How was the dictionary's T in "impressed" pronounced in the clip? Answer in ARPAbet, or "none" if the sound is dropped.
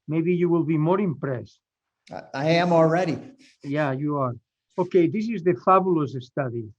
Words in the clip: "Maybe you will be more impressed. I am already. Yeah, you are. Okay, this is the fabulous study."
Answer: T